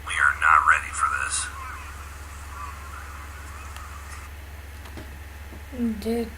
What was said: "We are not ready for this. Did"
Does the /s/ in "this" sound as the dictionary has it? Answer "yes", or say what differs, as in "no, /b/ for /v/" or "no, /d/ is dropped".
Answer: yes